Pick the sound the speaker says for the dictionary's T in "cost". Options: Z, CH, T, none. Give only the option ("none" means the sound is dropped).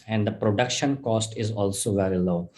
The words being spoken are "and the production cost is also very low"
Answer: T